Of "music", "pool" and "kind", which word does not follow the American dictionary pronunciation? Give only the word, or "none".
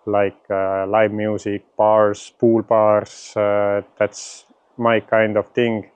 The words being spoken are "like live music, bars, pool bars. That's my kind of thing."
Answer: music